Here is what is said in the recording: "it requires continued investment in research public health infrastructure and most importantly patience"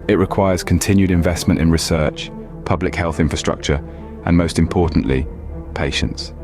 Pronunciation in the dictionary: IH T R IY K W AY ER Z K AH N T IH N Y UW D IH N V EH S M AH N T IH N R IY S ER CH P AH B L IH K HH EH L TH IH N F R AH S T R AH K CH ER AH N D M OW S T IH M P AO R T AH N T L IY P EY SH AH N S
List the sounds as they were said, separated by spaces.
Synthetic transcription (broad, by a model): IH T R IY K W AY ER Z K AH N T IH N Y UW D IH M V EH S M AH N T IH N R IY S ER CH P AH B L IH K HH EH L TH IH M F R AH S T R AH K CH ER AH N M OW S T IH M P AO T N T L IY P EY SH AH N S